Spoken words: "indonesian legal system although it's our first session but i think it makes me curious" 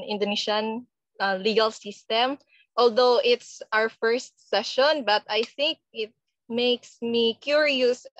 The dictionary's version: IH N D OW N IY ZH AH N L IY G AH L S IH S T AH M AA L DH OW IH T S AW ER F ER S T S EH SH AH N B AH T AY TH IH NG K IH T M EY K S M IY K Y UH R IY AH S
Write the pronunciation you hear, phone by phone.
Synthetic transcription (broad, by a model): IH N D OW N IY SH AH N L IY G AH L S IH S T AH M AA L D OW IH T S AW ER F ER S T S EH SH AH N B AH T AY TH IH NG K IH T M EY K S M IY K Y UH R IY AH S